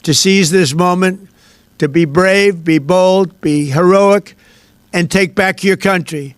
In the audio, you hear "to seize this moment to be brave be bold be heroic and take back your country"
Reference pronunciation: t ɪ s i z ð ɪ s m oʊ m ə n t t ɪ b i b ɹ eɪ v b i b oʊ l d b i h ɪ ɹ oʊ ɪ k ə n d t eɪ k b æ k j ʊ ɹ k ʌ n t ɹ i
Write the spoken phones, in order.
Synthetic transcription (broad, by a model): t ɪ s i z ð ɪ s m oʊ m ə n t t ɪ b i b ɹ eɪ v b i b oʊ l d b i h ɪ ɹ oʊ ɪ k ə n t eɪ k b æ k j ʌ ɹ k ʌ n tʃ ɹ i